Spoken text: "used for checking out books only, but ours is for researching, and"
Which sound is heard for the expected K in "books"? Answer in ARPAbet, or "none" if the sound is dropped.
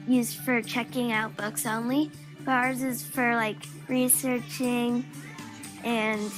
K